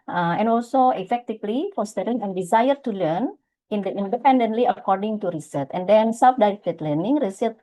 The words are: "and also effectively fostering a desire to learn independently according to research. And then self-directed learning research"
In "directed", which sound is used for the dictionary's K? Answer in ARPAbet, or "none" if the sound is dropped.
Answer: none